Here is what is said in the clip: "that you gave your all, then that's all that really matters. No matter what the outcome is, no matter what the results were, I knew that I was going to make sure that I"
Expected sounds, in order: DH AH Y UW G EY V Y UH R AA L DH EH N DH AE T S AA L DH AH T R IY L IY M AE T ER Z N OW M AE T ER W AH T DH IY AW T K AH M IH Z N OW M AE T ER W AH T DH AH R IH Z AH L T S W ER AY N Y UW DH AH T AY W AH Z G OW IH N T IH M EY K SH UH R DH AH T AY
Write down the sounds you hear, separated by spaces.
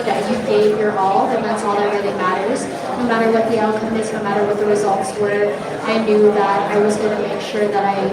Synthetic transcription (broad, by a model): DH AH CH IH G EY V Y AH R AA L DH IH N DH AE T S AA L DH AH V R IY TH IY M AE T ER Z N OW M AE T ER W AH T DH IY AW T K AH M IH Z N OW M AE T ER W AH T DH AH R IH Z AH L T S W ER AY N Y UW DH AH T AY W AH Z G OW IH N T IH M EY K SH UH R DH AH T AY